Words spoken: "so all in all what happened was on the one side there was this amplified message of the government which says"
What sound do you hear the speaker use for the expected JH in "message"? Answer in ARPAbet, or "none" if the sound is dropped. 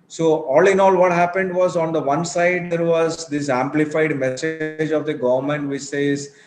JH